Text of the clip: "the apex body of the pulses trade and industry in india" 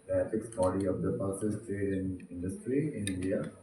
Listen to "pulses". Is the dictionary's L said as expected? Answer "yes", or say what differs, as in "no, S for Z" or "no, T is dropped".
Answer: no, L is dropped